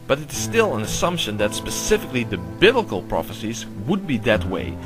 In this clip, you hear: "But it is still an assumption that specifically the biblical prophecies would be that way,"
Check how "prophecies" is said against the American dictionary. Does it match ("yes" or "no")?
yes